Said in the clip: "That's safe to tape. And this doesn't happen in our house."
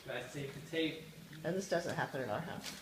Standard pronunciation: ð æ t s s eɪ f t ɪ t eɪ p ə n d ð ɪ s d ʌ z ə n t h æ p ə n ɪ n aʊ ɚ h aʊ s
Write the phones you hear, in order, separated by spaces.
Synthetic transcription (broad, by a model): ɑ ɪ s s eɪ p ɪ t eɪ ə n ð ɪ s d ʌ z ə n t h æ p ə n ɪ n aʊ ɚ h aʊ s